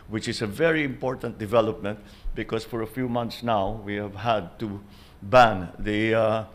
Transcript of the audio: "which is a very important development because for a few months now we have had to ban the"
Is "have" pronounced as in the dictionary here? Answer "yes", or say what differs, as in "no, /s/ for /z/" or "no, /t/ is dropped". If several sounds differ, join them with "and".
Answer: yes